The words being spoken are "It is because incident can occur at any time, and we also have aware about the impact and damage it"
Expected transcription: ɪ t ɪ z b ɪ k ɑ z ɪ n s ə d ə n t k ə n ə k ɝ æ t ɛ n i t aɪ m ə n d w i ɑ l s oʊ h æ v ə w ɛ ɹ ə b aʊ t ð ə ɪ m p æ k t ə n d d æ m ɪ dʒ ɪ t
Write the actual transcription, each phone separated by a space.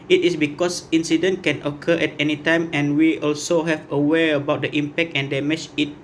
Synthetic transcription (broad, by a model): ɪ t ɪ s b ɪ k ɑ s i n s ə d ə n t k ə n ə k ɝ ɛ t ɛ n i t aɪ m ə n w i ɑ l s oʊ h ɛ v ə w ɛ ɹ ə b aʊ t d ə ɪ m p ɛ k t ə n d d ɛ m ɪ tʃ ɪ t